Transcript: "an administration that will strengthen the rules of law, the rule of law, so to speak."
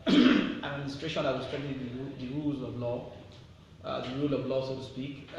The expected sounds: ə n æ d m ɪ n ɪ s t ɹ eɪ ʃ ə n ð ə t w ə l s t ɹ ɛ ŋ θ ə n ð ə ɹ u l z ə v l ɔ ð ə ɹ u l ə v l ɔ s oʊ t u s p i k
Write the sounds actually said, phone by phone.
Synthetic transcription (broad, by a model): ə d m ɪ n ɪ s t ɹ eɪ ʃ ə n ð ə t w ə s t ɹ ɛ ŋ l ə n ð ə ɹ u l ə v l ɔ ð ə ɹ u l ə v l ɔ s oʊ t u s p i k